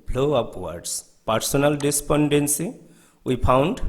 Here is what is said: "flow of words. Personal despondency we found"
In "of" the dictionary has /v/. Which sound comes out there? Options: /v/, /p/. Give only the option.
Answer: /p/